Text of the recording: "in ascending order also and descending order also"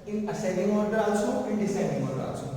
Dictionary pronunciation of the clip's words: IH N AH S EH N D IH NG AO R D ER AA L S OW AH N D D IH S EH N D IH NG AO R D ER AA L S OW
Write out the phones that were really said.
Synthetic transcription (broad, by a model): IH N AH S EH D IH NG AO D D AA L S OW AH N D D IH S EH D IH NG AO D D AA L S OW